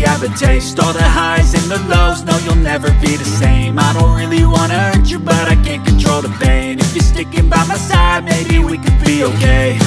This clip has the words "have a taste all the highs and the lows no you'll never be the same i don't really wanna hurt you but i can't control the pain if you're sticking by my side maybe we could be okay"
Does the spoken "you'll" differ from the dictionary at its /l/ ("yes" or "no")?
no